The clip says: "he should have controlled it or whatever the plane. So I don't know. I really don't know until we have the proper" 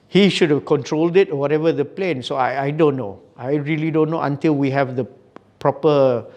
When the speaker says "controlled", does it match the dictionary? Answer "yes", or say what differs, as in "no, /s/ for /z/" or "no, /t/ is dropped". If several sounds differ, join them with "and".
yes